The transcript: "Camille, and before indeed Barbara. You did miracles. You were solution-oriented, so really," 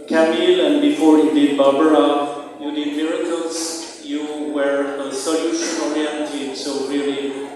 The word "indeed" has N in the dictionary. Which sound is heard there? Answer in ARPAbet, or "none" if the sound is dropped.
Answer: none